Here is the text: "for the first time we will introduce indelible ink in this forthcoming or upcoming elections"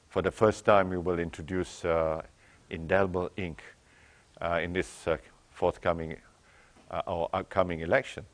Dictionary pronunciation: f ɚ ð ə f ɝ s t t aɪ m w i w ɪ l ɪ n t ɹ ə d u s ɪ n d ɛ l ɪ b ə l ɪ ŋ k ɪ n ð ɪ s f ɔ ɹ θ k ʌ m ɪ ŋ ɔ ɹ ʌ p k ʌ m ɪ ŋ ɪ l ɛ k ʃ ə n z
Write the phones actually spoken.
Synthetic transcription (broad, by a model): f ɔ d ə f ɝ s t t aɪ m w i w ɪ l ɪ n t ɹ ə d u s ɪ n d ɛ l ɪ b ə l ɪ ŋ k ɪ n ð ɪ s f ɔ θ k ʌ m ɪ ŋ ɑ w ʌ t k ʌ m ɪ ŋ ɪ l ɛ k ʃ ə n